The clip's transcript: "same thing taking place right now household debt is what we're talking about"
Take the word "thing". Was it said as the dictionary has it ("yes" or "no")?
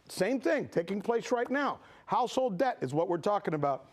yes